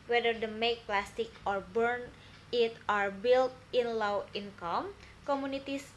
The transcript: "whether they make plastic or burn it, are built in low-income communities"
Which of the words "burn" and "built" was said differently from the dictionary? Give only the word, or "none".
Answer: none